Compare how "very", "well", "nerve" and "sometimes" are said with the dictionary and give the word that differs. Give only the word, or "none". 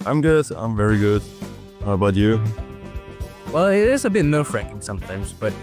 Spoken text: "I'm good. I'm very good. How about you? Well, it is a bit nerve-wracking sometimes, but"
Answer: nerve